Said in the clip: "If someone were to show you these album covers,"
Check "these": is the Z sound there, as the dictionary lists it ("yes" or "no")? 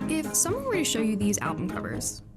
yes